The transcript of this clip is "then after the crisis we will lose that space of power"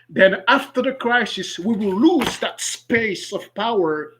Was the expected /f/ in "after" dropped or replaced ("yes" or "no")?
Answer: no